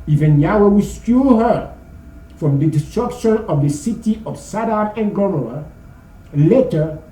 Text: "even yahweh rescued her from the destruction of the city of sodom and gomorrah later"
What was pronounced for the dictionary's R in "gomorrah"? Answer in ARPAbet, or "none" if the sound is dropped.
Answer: none